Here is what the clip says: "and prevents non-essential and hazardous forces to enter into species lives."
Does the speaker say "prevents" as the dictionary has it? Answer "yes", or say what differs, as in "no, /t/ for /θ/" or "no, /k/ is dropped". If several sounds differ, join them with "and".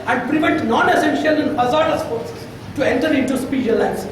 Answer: no, /s/ is dropped